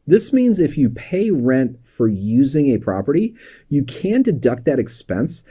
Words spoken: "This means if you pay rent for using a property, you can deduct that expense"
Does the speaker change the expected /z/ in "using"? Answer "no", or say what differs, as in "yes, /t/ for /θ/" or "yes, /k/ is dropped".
no